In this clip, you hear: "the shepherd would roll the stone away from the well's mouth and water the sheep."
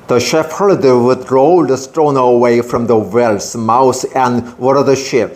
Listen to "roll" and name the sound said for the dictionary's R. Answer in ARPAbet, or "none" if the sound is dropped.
R